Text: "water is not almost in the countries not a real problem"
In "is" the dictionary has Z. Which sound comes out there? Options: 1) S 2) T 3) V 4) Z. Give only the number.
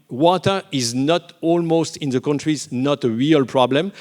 4